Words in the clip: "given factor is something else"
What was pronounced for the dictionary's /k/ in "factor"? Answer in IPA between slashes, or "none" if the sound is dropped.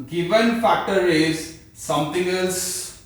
/k/